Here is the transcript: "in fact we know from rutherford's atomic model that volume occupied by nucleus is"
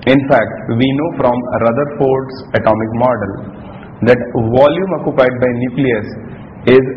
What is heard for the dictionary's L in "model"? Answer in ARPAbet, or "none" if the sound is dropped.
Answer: L